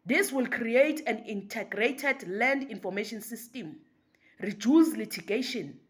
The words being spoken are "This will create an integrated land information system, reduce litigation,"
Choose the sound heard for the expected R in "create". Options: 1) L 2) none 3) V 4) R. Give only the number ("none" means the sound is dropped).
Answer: 4